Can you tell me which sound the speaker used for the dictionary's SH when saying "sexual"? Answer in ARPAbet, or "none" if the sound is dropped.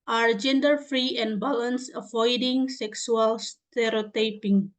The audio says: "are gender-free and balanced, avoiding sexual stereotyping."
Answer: S